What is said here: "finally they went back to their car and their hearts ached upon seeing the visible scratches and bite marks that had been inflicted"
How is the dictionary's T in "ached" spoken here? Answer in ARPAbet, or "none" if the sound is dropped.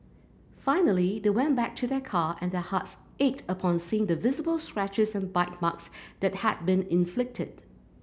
T